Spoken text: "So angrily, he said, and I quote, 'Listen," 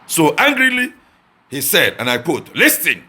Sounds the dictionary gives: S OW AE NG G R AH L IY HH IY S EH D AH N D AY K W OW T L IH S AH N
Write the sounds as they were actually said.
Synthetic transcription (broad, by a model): S OW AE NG G R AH L IY HH IY S EH D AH N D AY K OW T L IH S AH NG